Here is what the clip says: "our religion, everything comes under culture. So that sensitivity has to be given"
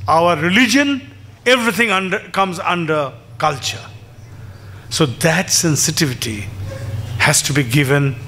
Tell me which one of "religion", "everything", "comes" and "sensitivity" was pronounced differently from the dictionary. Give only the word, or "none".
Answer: everything